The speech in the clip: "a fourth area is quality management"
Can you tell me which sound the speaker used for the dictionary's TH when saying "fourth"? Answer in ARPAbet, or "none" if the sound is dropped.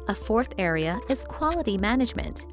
TH